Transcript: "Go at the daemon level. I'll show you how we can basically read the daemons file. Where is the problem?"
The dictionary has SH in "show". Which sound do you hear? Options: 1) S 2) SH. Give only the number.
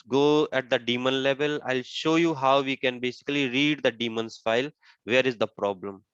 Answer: 2